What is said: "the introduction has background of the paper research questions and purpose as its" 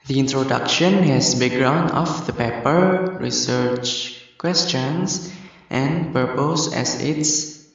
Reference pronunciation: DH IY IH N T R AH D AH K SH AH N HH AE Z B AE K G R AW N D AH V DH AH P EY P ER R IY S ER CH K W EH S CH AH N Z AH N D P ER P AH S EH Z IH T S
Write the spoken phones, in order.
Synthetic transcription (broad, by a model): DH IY IH N T R AH D AH K SH AH N HH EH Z B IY G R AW N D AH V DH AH P EY P ER R IY S ER CH K W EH S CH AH N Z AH N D P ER P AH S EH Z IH T S